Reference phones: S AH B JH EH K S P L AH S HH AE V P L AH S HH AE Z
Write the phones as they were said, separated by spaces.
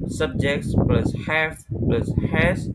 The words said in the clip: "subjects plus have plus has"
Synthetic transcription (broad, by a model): S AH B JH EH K S P L AH S HH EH F P L AH S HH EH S